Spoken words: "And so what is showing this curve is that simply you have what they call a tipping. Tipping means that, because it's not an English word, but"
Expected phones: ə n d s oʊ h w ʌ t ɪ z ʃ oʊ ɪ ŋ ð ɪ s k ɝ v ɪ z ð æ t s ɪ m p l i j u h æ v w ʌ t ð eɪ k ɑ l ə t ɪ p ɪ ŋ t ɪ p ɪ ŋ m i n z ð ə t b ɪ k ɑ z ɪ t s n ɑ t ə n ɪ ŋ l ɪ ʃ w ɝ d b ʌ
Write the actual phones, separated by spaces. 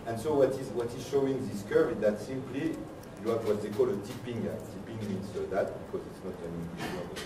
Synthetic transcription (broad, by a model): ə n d s oʊ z w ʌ t ɪ z ʃ oʊ ɪ ŋ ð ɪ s k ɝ ɪ z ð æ t s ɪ m p l i j u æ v w ʌ t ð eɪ k ɑ l ə t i p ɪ ŋ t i p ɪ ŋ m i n s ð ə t b ɪ k ɑ z ɪ t s n ɑ t ə n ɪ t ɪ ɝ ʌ